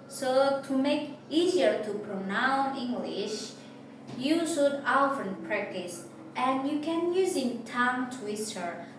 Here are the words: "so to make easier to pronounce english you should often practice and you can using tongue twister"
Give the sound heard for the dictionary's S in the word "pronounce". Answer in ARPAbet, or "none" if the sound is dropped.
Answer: none